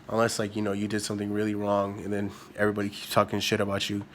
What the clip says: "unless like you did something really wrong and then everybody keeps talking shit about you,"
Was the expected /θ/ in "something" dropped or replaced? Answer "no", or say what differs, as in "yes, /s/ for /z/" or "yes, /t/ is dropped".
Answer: no